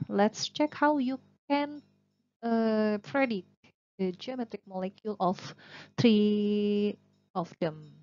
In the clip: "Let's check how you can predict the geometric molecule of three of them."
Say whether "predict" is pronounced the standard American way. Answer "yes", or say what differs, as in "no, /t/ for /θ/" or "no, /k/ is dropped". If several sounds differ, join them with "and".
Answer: no, /k/ is dropped